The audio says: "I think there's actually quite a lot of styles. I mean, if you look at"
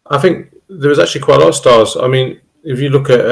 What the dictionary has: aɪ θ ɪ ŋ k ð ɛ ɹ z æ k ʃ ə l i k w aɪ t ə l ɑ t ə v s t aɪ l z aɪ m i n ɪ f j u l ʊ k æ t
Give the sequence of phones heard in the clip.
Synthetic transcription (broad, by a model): aɪ θ ɪ ŋ k ð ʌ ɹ z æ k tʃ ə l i k w aɪ t ə l ɑ t ə v s t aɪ z aɪ m i n ɪ f j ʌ l ʊ k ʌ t